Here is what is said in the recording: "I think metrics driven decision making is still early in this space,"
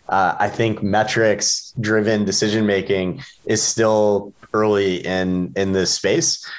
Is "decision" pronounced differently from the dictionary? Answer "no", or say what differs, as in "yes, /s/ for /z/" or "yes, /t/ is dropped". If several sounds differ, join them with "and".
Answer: no